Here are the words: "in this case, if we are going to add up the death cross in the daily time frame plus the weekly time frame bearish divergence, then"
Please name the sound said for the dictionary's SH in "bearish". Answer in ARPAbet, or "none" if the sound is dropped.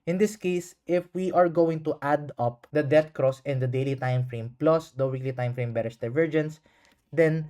S